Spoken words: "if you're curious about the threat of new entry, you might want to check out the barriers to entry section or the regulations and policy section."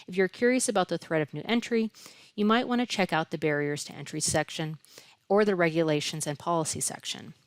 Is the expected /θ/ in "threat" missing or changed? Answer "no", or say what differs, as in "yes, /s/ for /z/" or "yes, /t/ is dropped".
no